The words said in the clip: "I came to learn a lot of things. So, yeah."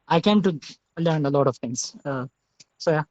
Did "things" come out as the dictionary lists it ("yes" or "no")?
no